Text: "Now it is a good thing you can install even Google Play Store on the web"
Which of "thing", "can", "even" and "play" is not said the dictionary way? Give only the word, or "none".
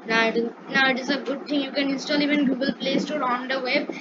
thing